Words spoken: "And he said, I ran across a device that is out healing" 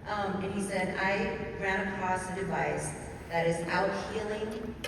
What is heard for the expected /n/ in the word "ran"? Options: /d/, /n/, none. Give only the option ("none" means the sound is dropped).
none